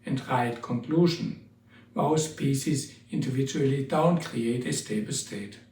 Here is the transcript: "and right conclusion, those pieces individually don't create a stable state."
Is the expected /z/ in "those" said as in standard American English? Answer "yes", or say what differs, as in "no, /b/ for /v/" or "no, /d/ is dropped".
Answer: no, /s/ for /z/